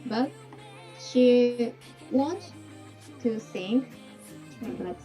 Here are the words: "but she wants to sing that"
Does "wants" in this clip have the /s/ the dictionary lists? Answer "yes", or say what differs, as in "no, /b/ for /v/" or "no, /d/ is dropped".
no, /s/ is dropped